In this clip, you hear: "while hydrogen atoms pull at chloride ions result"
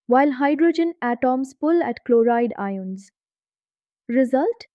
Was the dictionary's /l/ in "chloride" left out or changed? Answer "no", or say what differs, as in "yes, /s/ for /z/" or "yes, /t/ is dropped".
no